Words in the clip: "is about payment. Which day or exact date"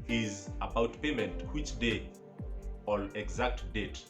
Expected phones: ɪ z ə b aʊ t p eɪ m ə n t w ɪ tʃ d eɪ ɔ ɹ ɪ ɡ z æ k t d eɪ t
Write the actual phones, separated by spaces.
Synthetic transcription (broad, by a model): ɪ z ə b aʊ t p eɪ m ə n t w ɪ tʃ d eɪ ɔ l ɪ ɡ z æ k t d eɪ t